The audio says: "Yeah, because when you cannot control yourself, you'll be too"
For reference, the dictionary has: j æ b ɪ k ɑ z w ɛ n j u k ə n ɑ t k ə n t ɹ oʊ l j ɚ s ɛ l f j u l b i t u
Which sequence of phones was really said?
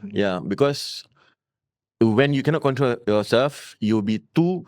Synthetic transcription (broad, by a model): j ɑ b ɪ k ɑ s w ɛ n j u k ə n ɑ t k ə n t ɹ oʊ l j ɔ s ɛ l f j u w b i t u